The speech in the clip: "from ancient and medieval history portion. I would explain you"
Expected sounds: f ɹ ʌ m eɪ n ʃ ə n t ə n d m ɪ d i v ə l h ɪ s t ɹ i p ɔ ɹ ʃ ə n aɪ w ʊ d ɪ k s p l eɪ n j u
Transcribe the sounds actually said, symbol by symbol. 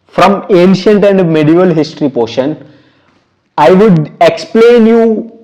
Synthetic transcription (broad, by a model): f ɹ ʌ m eɪ n ʃ ə n t ə n d m ɪ d i v ə l h ɪ s t ɹ i p ɔ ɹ ʃ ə n aɪ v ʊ d ɪ k s p l eɪ n j u